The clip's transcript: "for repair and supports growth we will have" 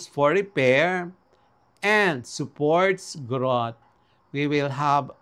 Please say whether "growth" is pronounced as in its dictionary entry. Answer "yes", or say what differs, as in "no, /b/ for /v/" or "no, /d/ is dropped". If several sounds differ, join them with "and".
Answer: no, /t/ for /θ/